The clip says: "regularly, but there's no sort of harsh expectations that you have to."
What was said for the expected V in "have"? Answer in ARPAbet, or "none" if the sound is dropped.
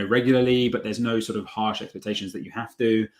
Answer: F